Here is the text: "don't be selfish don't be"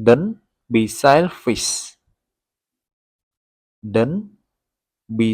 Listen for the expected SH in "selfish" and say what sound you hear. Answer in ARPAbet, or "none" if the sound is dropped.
S